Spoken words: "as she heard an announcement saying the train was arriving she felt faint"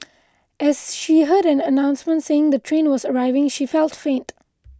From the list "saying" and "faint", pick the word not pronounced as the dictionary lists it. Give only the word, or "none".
none